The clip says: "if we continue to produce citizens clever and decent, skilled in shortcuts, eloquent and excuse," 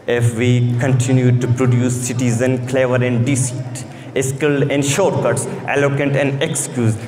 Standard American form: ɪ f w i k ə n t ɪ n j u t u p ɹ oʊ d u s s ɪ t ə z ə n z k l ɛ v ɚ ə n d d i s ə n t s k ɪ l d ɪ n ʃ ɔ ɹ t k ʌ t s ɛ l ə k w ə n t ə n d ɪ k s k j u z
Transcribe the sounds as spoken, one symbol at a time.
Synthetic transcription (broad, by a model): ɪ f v i k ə n t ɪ n j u t u p ɹ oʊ d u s s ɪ t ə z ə n k l ɛ v ɚ ə n d d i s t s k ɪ l ɪ n ʃ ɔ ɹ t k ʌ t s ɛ l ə k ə n t ə n d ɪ k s k j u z